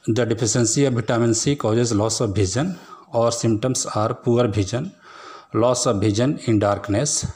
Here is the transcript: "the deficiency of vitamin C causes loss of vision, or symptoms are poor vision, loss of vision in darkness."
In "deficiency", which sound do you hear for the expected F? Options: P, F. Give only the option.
P